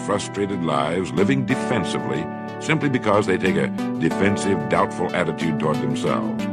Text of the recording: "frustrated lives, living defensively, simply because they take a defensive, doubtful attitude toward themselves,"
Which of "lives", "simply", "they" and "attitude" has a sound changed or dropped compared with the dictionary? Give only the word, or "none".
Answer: none